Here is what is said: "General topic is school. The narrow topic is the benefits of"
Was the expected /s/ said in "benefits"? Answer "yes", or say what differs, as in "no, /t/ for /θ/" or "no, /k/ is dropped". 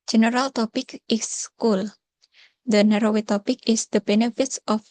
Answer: yes